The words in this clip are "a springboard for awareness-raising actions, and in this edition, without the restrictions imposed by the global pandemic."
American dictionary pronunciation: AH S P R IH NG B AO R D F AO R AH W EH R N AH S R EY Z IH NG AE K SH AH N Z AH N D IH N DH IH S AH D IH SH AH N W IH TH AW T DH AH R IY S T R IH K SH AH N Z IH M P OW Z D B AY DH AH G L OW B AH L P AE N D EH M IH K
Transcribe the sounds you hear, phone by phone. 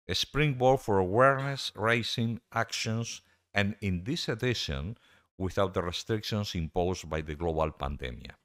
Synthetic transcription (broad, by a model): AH S P R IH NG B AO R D F AO R AH W EH R N AH S R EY S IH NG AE K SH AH N S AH N IH N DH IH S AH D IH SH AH N W IH TH AW T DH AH R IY S T R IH K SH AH N S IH M P OW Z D B AY DH AH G L OW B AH L P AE N D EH M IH